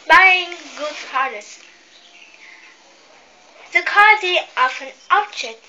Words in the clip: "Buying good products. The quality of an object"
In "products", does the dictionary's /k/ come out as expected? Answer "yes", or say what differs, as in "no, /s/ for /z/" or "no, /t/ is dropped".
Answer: no, /k/ is dropped